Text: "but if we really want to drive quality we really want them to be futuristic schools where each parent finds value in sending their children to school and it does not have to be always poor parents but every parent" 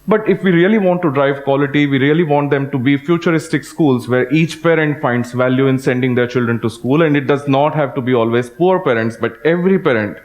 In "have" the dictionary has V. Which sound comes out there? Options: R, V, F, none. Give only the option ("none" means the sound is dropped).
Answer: V